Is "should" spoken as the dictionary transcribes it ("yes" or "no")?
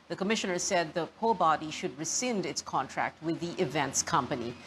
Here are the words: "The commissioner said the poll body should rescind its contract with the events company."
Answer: yes